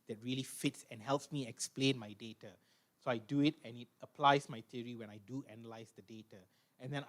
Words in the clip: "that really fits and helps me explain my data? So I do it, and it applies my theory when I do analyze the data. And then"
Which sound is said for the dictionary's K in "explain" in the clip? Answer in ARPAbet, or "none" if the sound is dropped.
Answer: K